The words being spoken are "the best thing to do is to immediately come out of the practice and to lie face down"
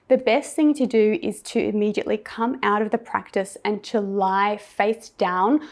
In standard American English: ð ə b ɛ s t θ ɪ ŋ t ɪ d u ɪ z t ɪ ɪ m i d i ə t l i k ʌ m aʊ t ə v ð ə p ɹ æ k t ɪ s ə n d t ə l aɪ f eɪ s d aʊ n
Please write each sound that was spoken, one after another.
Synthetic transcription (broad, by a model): ð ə b ɛ s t θ ɪ ŋ t ɪ d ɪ ɪ z t ɪ ɪ m i d i ə t l i k ʌ m aʊ t ə v ð ə p ɹ æ k t ɪ s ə n t ə l aɪ f eɪ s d aʊ n